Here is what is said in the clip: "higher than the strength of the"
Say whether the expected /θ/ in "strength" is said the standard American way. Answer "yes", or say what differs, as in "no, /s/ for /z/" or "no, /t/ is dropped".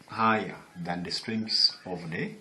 no, /s/ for /θ/